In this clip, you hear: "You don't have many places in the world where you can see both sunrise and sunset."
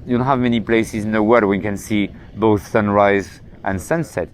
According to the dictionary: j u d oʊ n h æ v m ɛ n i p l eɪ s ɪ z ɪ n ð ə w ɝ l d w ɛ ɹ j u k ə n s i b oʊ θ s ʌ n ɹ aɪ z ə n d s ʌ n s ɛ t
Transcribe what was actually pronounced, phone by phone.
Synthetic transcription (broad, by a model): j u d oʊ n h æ v m ɛ n i p l eɪ s ɪ z ɪ n ð ə w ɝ d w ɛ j k ə n s i b oʊ θ s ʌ n ɹ aɪ z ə n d s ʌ n s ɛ t